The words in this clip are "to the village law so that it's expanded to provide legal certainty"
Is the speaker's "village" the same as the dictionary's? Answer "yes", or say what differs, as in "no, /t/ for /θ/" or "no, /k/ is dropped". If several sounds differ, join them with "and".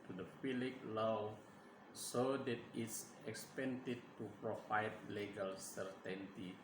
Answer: no, /f/ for /v/